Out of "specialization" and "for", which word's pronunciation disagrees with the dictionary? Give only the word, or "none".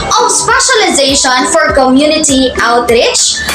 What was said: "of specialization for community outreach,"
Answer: none